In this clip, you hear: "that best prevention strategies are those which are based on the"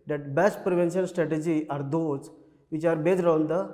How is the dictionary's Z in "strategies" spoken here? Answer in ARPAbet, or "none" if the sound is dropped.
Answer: none